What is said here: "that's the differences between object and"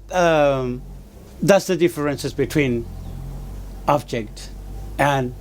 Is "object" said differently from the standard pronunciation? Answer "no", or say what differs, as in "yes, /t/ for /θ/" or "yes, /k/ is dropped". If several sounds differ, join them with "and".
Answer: no